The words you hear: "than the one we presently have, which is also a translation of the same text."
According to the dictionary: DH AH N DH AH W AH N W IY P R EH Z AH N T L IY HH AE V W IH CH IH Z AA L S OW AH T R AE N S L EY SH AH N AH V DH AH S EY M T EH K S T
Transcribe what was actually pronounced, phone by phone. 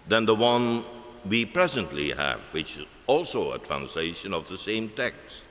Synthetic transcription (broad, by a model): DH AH N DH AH W AH N W IY P R EH Z AH N T L IY HH AE V W IH CH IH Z AA L S OW AH T R AE N S L EY SH AH N AH V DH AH S EY M T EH K S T